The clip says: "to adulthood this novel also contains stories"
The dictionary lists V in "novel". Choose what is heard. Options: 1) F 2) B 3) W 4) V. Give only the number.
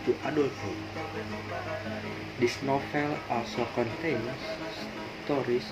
1